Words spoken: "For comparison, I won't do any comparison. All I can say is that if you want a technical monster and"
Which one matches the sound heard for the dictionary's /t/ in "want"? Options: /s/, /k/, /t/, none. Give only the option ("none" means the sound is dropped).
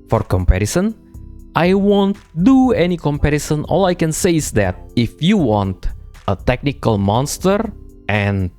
/t/